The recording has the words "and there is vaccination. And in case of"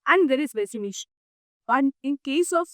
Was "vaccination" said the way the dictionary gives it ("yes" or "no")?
no